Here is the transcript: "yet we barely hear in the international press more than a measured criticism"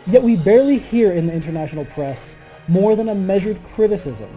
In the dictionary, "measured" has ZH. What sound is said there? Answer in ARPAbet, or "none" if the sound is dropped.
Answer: ZH